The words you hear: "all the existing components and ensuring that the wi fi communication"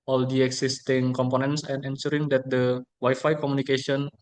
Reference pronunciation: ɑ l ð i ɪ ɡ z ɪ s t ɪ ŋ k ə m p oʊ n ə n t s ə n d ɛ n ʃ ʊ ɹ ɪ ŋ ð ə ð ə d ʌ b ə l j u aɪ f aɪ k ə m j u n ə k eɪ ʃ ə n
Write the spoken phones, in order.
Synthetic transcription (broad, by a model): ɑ l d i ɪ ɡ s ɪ s t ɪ ŋ k ə m p oʊ n ə n t s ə n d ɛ n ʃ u ɹ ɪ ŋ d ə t d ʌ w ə j f aɪ k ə m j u n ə k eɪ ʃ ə n